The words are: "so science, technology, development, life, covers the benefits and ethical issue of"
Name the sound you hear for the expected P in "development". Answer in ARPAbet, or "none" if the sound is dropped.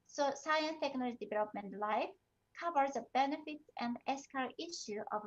P